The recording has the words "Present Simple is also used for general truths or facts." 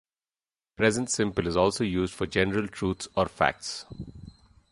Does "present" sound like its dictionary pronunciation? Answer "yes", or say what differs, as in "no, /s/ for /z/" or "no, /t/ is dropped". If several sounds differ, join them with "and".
yes